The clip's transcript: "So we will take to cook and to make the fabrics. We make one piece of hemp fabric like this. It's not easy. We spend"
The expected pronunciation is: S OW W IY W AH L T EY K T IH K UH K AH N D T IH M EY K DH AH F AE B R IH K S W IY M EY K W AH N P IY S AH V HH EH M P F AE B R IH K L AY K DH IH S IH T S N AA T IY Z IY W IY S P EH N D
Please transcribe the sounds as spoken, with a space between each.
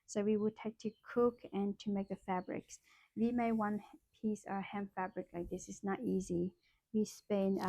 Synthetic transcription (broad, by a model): S OW W IY W AH L T EY K T IH K UH K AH N T IH M EY K DH AH F AE B R IH K S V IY M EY W AH N P IY S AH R HH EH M F AE B R IH K L AY K DH IH S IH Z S N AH T IY Z IY W IY S P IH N